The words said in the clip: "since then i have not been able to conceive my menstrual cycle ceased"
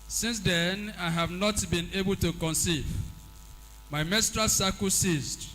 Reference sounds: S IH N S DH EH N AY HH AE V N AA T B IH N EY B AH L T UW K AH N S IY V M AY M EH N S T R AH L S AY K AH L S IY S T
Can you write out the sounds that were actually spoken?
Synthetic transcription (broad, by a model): S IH N S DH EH N AY HH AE V N AA T B IH N EY B AH L T UW K AH N S IY V M AY M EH S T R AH S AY K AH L S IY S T